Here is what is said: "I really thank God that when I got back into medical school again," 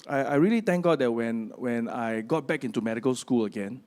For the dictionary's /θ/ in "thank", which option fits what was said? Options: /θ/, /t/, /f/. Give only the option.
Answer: /t/